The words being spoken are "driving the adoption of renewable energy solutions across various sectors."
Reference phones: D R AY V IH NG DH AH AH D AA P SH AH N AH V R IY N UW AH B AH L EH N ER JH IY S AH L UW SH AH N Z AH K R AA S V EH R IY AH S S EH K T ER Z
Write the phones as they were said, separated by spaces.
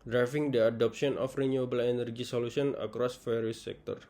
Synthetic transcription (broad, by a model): D R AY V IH NG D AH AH D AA P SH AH N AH F R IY N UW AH B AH L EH N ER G IY S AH L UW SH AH N AH K R AA S F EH R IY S S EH K T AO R